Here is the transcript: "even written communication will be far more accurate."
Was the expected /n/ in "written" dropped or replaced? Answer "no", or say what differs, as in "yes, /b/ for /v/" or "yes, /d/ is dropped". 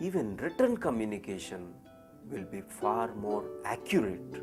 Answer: no